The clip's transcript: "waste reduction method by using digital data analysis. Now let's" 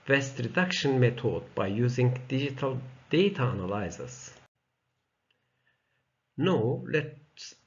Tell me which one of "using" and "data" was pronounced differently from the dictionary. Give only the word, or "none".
none